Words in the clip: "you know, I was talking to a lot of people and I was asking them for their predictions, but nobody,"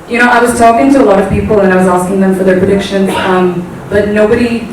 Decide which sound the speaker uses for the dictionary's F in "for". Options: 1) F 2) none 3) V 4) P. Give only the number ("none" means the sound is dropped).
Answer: 1